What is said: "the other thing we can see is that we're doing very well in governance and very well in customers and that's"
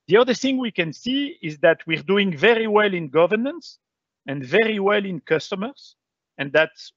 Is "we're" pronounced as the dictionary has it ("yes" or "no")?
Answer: yes